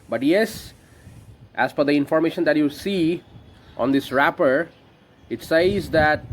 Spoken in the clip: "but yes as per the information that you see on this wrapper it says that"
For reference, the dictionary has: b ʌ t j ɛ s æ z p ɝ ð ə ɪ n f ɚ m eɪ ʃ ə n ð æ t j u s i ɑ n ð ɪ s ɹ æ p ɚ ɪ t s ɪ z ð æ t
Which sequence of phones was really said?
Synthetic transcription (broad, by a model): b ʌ t j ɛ s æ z f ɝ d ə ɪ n f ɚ m eɪ ʃ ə n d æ t j u s i ɑ n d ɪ s ɹ æ p ɚ ɪ t s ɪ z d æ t